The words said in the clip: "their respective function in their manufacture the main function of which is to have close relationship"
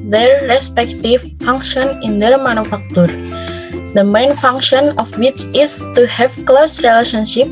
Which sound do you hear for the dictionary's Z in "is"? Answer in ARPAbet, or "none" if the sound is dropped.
S